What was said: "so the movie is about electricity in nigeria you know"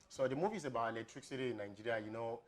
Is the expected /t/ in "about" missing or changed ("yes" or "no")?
yes